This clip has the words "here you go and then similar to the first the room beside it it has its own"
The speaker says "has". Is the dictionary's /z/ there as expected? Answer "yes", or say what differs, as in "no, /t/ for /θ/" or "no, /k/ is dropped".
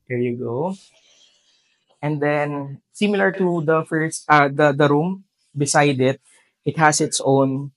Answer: no, /s/ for /z/